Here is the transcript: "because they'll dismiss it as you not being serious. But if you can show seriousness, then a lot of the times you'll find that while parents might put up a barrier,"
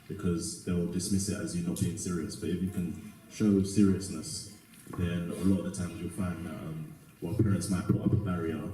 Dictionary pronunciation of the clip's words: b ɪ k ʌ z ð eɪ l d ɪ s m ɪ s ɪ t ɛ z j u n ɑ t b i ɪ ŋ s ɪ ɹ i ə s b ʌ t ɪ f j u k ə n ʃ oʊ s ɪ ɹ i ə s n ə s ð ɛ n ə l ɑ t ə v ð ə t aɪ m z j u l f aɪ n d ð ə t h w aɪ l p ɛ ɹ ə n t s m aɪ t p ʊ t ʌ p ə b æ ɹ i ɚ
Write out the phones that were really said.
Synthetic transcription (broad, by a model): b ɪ k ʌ z ð eɪ l d ɪ s m ɪ s ɪ t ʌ z j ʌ n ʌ t b i ɪ ŋ s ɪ ɹ i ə s b ʌ t ɪ f j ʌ k ə n ʃ oʊ s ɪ ɹ i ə s n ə s ð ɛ n ə l ɑ t ə v ð ə t aɪ m z j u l f aɪ n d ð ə t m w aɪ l p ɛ ɹ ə n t s m aɪ t p ʊ t ʌ p ə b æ ɹ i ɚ